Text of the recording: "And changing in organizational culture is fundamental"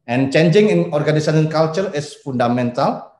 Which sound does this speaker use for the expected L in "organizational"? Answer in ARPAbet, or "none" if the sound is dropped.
N